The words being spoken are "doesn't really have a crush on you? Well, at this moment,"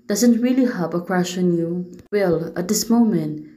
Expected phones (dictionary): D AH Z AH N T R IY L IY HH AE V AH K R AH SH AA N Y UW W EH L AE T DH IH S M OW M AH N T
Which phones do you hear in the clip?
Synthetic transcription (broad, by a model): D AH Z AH N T R IY L IY HH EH P AH K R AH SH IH N Y UW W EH L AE T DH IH S M OW M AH N T